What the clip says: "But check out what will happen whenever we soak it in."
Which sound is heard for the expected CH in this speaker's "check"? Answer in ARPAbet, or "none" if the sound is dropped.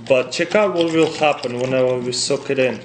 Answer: CH